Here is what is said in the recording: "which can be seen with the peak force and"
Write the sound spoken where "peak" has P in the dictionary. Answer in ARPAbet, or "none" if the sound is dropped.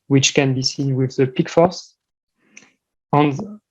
P